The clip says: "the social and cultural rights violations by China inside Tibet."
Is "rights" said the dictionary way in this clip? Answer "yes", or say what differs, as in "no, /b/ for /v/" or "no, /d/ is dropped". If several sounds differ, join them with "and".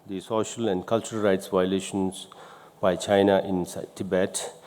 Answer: yes